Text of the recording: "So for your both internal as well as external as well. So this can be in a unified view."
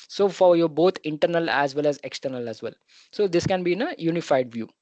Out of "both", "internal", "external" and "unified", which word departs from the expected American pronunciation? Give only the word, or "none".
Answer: both